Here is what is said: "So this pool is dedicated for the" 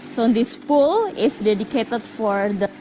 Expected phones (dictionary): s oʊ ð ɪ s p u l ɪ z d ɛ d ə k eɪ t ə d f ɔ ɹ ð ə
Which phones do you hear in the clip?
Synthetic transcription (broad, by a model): s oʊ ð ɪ s p u l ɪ s d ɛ d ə k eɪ t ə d f ɔ ɹ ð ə